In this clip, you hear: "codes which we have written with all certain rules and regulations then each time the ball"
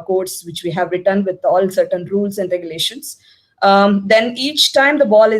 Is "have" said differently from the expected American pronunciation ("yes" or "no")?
no